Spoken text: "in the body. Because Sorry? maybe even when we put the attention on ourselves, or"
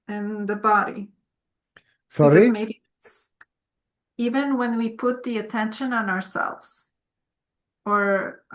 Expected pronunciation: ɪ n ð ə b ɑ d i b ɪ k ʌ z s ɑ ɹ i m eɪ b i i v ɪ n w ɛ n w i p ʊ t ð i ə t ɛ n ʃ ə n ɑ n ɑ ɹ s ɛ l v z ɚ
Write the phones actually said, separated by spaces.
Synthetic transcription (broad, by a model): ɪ n ð ə b ɑ d i s ɑ ɹ i m eɪ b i i v ɪ n w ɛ n w i p ʊ t ð i ə t ɛ n ʃ ə n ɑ n ɑ ɹ s ɛ l v z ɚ